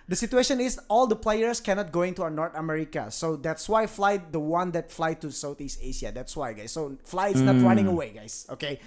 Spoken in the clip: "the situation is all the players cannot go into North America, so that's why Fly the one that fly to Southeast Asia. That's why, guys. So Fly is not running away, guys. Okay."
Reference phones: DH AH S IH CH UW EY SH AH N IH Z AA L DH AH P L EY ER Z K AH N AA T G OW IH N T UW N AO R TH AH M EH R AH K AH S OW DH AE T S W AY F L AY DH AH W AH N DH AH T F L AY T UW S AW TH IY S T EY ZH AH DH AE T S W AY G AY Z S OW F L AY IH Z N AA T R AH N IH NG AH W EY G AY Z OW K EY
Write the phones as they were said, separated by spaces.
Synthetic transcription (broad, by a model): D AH S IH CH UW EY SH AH N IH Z AA L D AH P L EY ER S K AH N AA T G OW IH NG T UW N AO R T AH M EH R AH K AH S OW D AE T S W AY F L AY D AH W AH N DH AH T F L AY T UW S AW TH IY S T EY SH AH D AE T S W AY G AY S OW F L AY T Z N AA T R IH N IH NG AH W EY G AY S OW K EY